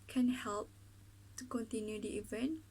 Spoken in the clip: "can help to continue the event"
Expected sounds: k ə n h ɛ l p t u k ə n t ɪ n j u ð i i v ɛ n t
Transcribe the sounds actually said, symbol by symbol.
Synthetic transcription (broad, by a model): k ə n h ɛ l p t u k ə n t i n j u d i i v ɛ n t